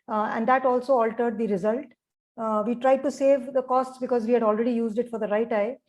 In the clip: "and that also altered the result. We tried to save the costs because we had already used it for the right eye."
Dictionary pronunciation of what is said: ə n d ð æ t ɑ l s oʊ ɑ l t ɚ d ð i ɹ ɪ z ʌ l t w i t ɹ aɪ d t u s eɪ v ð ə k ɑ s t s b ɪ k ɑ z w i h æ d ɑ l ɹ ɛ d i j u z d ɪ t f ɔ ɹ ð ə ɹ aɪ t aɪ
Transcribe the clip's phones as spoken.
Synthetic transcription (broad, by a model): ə n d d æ t ɑ l s oʊ ɑ l t ɚ d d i ɹ ɪ z ʌ l t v i t ɹ aɪ d t u s eɪ v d ə k ɑ s t s b ɪ k ɑ z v i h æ d ɑ l ɹ ɛ d i j u z d ɪ t f ɔ ɹ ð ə ɹ aɪ t aɪ